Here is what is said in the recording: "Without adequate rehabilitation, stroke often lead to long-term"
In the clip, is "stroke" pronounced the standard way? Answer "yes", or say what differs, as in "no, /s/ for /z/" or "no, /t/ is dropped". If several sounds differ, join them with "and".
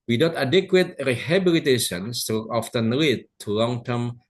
no, /ɹ/ is dropped and /k/ is dropped